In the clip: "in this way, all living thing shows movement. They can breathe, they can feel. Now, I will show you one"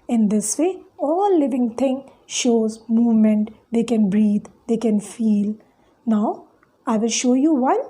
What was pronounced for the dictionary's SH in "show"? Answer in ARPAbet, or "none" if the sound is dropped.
SH